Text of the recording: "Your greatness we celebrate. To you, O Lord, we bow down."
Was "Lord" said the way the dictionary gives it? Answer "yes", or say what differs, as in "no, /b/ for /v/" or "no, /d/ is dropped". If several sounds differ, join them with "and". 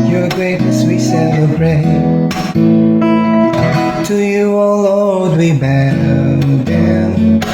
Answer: no, /l/ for /ɹ/